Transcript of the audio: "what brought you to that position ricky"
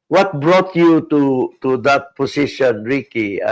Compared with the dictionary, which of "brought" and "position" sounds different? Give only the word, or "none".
position